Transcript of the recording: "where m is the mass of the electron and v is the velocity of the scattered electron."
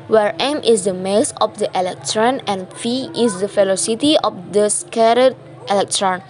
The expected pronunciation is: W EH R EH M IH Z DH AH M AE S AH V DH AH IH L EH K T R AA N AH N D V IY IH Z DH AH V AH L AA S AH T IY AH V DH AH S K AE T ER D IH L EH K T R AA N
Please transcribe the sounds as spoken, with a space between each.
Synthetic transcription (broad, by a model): W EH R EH M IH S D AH M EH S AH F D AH IH L EH K T R AA N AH N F IY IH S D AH F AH L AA S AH T IY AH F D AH S K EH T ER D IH L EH K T R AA N